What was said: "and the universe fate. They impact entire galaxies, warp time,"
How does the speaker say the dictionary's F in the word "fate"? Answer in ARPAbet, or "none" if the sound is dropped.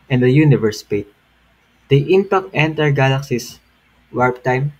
P